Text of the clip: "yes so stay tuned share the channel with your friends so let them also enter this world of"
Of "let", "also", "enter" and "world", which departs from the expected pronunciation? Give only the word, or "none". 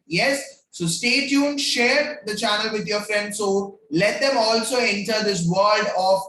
world